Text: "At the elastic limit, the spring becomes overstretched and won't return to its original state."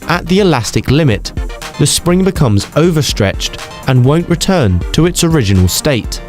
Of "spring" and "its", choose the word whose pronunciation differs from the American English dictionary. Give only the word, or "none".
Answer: none